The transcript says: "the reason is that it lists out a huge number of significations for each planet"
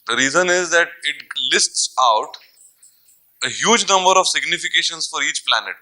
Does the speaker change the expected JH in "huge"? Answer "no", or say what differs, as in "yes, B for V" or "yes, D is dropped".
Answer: no